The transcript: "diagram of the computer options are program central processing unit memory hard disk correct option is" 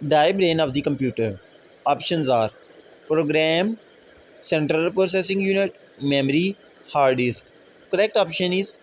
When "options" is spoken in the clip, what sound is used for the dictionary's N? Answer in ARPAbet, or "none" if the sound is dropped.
N